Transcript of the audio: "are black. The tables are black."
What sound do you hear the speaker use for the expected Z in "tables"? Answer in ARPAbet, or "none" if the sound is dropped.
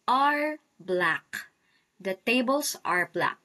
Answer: S